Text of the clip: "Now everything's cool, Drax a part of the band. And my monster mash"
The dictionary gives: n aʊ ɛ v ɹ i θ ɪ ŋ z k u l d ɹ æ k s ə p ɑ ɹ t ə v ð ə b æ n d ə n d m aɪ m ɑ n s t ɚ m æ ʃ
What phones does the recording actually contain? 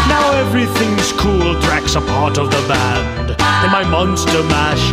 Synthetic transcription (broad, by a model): n aʊ ɛ v ɹ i θ ɪ ŋ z k u l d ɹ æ k s ə p ɑ ɹ t ə v ð ə b æ n d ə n m aɪ m ɑ n s t ɚ m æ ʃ